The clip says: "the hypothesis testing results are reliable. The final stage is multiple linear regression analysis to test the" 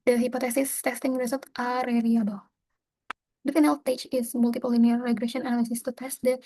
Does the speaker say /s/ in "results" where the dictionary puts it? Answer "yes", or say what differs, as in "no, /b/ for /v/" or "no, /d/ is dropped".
no, /s/ is dropped